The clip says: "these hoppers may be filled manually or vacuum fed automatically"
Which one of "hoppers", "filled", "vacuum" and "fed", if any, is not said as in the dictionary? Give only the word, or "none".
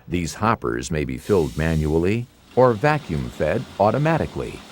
none